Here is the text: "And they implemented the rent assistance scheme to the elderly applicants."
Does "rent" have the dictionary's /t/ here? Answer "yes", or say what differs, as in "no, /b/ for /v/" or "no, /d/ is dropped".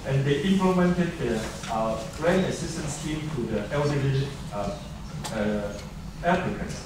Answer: no, /t/ is dropped